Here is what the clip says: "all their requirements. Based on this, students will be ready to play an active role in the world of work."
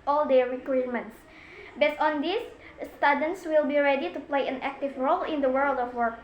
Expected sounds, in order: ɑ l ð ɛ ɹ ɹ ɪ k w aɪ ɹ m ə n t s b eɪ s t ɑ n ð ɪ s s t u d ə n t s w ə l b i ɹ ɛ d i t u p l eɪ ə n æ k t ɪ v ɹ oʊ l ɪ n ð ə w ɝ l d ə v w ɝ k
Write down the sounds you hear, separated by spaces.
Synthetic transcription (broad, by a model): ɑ l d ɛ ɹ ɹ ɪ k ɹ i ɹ m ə n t s b eɪ s t ɑ n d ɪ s s t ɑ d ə n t s w ə l b i ɹ ɛ d i t u p l eɪ ə n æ k t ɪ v ɹ oʊ l ɪ n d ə w ɝ l d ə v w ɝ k